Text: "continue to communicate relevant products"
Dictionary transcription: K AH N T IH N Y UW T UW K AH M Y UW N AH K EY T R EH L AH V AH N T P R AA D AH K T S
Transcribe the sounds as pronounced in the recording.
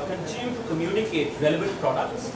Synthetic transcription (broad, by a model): K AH N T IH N Y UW T UW K AH M Y UW N AH K EY T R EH L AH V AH T P R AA D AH K T S